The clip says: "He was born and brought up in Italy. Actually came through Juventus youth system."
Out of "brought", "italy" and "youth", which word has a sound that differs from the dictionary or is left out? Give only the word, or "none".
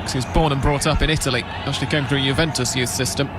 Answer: none